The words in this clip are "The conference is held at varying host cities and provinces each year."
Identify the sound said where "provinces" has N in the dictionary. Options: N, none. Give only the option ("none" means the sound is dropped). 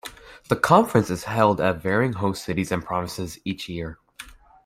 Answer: none